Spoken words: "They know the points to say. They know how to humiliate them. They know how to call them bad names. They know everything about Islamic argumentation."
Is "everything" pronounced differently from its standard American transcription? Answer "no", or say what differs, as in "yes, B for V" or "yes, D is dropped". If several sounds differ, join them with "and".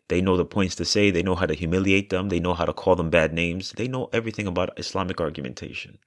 no